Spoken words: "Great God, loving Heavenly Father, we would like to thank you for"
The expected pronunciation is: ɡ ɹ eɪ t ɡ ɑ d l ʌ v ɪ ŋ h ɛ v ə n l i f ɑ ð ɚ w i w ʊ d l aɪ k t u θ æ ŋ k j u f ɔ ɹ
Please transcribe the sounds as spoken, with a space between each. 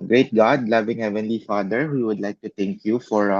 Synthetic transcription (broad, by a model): ɡ ɹ eɪ t ɡ ɑ d l ʌ v ɪ ŋ h ɛ v ə n l i f ɑ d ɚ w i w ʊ d l aɪ k t u t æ ŋ k j u f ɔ ɹ